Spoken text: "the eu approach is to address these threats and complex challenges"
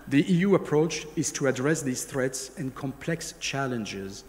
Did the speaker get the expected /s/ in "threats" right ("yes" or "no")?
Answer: yes